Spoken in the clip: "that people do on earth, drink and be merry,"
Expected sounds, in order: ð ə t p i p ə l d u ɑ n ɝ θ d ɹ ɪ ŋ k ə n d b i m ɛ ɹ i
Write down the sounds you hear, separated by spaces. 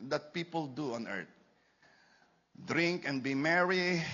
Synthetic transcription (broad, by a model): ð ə t p i p ə l d u ɑ n ɝ t d ɹ ɪ ŋ k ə n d b i m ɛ ɹ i